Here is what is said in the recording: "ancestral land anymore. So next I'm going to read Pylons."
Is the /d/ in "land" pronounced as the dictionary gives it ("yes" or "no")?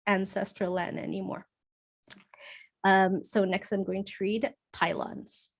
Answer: no